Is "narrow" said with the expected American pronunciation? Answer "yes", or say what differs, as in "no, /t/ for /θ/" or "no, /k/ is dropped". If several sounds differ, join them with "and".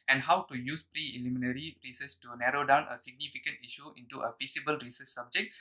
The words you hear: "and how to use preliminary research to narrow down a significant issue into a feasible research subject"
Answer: yes